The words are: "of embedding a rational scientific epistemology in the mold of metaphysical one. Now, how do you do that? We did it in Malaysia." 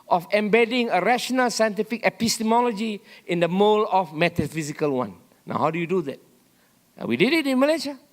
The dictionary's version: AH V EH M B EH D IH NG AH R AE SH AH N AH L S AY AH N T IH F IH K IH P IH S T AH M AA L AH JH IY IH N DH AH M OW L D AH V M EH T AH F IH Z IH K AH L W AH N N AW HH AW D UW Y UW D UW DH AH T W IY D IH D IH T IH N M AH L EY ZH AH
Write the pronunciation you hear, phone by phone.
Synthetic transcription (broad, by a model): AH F EH M B EH D IH NG AH R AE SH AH N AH L S AY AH N T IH F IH K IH P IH S T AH M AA L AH JH IY IH N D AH M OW L AH F M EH T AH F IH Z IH K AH L W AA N N AW HH AW D UW Y UW D UW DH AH T W IY D IH D IH T IH N M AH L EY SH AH